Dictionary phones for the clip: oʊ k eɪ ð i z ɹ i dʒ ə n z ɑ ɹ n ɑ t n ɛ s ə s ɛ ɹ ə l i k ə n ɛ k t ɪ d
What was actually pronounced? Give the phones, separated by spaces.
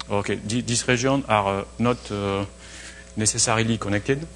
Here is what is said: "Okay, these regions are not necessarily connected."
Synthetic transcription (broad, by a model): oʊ k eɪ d i s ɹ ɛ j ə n ɑ ɹ n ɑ t n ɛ s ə s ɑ ɹ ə l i k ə n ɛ k t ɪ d